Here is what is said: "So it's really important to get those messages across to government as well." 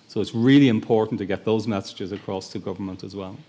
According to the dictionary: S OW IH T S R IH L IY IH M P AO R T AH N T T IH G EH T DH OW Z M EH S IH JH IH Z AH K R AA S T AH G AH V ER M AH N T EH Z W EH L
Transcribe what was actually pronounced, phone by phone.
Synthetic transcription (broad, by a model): S OW IH T S R IH L IY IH M P AO R T N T T IH G EH T DH OW Z M EH S IH JH IH Z AH K R AA S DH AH G AH V ER M AH N T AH Z W EH L